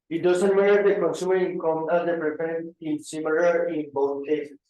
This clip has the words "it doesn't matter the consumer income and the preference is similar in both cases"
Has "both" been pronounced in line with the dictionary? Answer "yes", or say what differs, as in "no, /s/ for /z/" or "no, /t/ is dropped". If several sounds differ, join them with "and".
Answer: no, /t/ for /θ/